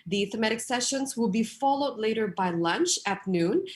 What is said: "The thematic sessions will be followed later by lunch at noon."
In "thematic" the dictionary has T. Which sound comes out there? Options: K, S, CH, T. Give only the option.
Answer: T